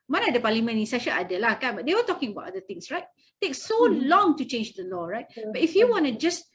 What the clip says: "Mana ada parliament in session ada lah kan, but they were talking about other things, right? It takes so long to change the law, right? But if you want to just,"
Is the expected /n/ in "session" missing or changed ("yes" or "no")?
yes